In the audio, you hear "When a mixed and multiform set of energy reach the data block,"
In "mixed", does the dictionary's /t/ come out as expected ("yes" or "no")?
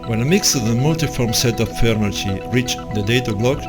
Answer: no